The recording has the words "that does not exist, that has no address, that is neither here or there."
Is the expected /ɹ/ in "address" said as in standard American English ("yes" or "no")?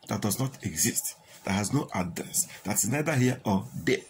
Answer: no